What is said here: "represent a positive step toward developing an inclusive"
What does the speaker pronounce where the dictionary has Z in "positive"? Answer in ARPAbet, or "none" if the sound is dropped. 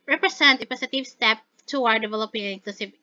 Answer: S